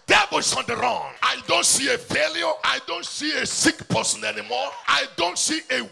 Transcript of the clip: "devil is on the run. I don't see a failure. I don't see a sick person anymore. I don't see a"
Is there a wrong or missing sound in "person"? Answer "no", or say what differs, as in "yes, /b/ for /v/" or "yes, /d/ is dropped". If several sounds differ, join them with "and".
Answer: no